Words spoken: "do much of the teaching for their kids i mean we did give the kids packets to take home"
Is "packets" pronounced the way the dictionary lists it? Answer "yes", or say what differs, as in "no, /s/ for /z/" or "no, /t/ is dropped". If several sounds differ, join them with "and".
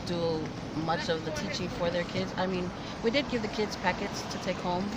yes